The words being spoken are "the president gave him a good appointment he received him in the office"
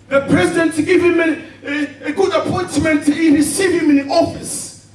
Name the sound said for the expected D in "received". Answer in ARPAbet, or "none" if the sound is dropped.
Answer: none